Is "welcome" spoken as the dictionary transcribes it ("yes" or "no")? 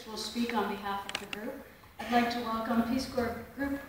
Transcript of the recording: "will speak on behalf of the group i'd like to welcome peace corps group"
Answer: no